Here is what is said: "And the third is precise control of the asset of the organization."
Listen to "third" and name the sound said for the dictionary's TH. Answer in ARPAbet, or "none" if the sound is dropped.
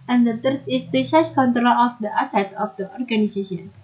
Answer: T